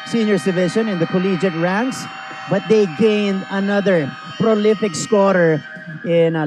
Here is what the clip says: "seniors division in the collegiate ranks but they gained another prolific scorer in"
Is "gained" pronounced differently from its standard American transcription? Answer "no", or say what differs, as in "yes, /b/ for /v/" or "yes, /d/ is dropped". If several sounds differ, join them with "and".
no